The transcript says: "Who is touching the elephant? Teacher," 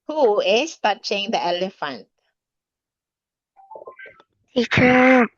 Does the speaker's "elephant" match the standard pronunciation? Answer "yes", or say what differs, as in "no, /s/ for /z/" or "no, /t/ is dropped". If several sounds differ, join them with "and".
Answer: yes